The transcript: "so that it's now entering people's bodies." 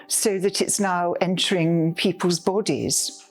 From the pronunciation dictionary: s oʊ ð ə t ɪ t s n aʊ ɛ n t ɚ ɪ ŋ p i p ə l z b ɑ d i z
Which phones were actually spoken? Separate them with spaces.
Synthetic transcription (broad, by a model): s oʊ ð ə t ɪ t s n aʊ ɛ n t ɚ ɪ ŋ p i p ə l z b ɑ d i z